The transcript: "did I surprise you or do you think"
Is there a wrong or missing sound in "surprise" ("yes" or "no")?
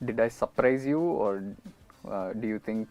no